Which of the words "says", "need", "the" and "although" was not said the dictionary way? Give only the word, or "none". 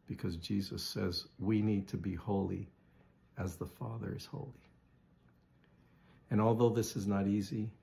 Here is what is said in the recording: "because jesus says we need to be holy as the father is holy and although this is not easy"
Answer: none